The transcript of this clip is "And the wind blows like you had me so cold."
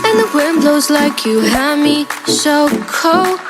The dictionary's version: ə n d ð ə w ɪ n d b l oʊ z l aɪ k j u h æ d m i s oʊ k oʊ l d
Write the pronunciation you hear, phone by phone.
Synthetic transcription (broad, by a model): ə n ð ə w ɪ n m b l oʊ z l aɪ k j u h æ m i ʃ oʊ k oʊ